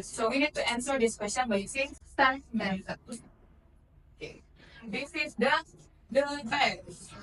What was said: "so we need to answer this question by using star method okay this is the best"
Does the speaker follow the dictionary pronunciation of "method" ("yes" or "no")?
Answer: no